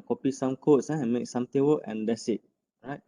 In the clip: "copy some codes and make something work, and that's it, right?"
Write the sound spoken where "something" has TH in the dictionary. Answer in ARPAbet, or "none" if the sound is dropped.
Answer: T